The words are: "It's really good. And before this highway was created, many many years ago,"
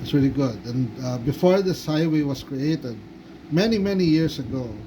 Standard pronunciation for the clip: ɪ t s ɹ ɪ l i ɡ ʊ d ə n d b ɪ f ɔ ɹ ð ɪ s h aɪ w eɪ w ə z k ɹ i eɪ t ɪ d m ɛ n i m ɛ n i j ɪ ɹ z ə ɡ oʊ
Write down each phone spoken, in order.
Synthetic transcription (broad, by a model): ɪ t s ɹ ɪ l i ɡ ʊ d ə n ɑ b ɪ f ɔ ɹ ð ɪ s aɪ w eɪ w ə s k ɹ i eɪ t ɪ d m ɛ n i m ɛ n i j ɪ ɹ s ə ɡ oʊ